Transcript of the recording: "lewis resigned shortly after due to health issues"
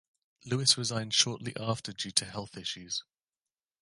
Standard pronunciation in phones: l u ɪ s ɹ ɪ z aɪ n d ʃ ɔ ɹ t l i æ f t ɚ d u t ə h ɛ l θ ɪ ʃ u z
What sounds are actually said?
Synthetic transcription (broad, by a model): l u ɪ s ɹ ɪ z aɪ n d ʃ ɔ t l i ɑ f t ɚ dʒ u t ə h ɛ l θ ɪ ʃ u z